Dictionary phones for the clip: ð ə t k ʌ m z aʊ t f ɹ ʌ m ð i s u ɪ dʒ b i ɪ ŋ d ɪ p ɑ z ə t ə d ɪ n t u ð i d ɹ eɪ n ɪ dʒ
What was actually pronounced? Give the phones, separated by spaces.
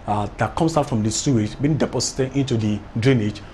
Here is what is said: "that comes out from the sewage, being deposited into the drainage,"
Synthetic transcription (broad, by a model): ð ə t k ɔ m s aʊ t f ɹ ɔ m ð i s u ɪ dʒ b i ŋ d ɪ p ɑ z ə t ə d ɪ n t u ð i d ɹ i n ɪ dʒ